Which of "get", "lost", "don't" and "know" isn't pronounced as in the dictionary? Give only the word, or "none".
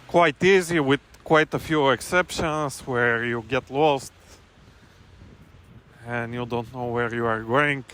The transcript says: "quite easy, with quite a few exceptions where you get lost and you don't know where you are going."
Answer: none